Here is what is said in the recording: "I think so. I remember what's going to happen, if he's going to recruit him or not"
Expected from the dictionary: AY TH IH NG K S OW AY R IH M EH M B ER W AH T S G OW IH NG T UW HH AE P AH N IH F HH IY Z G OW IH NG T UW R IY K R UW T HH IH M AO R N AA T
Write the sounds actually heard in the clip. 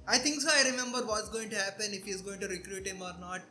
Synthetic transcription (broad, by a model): AY T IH NG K S OW AY R IH M EH M B ER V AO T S G OW IH NG T UW HH AE P AH N IH F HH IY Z G OW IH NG T UW R IY K R UW T HH IH M AO R N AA T